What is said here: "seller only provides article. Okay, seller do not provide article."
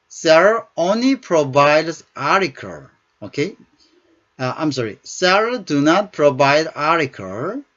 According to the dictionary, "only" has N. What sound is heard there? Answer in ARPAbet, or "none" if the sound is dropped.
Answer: N